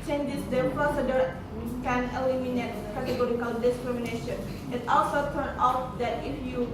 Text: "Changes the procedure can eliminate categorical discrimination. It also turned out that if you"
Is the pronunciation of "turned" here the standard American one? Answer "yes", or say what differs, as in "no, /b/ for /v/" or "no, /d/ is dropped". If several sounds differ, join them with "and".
no, /d/ is dropped